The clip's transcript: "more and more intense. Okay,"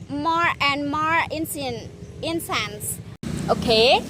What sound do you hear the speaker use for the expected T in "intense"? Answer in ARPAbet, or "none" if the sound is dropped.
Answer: S